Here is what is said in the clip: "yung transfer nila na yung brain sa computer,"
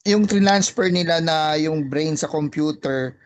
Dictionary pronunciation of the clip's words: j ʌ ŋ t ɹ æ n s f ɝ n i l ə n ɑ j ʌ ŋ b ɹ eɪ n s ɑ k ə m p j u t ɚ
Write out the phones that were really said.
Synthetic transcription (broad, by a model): j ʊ ŋ t ɹ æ n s p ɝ n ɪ l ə n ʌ j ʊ ŋ b ɹ eɪ n s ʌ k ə m p j u t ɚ